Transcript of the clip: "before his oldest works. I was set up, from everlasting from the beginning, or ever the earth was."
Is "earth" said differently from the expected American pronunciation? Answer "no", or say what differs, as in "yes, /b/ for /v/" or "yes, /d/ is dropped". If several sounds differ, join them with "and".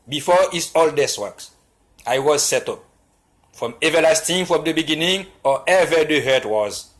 yes, /t/ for /θ/